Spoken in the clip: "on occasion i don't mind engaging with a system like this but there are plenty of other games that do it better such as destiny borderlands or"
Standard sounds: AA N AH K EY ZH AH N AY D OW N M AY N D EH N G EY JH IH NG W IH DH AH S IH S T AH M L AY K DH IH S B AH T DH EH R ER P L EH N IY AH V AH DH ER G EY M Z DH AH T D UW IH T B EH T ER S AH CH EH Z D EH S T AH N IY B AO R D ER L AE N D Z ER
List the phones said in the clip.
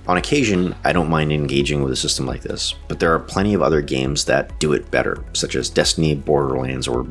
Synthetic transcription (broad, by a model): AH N AH K EY ZH AH N AY D OW N M AY N D EH N G EY JH IH NG W IH DH AH S IH S T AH M L AY K DH IH S B AH T DH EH R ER P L EH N IY AH V AH DH ER G EY M Z DH AH T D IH IH T B EH T ER S AH CH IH Z D EH S T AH N IY B AO R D ER L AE N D Z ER